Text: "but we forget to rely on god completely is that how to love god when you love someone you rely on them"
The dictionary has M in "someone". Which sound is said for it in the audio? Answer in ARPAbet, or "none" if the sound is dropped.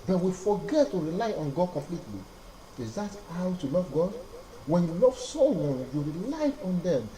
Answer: none